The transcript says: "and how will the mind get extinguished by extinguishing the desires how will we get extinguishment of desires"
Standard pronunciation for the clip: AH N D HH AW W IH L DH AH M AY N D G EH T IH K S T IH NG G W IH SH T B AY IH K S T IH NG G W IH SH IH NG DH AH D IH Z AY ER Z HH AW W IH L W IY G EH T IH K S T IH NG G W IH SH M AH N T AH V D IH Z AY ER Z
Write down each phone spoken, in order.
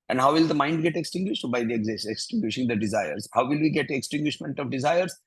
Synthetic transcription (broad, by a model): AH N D HH AW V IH L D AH M AY N D G EH T IH K S T IH NG G W IH SH T B AY IH K S T IH NG G W IH SH IH NG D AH D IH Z AY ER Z HH AW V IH L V IY G EH T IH K S T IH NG G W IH SH M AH N T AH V D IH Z AY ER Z